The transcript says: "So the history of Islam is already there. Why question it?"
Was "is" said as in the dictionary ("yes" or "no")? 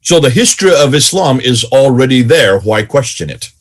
yes